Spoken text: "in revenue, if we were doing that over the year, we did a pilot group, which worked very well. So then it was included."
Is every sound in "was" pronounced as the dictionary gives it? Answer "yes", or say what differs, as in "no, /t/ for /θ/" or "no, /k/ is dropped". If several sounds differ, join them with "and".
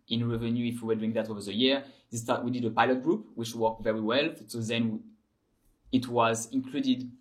yes